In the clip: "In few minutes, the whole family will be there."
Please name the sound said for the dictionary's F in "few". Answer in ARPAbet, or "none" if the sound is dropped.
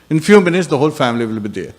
F